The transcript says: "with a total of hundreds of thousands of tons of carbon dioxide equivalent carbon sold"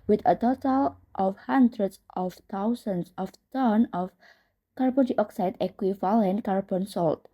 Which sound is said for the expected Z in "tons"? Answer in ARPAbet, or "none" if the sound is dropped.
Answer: none